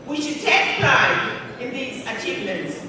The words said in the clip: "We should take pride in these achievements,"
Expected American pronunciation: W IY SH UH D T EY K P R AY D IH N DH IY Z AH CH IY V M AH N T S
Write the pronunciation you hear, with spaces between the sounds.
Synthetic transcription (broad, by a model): W IY SH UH D T EY K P L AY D IH N DH IY Z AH CH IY V M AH N T S